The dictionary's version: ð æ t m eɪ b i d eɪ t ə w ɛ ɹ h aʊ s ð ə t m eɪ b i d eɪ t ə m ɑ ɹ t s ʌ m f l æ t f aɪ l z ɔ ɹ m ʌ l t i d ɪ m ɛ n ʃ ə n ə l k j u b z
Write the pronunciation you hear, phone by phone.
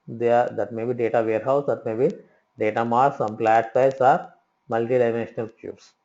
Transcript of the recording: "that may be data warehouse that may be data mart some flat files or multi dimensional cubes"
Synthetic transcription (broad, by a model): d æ t m eɪ b i d eɪ t ə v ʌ ɹ h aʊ s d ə t m eɪ b i d eɪ t ə m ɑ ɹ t s ʌ m p l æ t p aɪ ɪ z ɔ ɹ m ʌ l t i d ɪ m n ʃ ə n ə l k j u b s